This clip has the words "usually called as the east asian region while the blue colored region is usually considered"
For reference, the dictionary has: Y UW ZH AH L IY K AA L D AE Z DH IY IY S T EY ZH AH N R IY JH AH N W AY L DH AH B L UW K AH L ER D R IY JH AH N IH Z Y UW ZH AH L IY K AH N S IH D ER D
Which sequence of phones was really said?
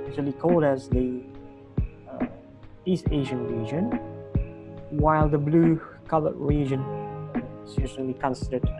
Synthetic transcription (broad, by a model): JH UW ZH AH L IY K AA L D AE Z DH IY IY S T EY ZH AH N R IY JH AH N W AY L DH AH B L UW K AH L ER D R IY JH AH N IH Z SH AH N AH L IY K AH N S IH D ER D